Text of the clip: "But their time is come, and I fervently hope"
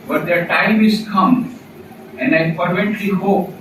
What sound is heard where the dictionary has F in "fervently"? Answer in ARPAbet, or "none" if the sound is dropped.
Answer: P